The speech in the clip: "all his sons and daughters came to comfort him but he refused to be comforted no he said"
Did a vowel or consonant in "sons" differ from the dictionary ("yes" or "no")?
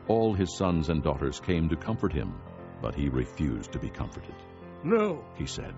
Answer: no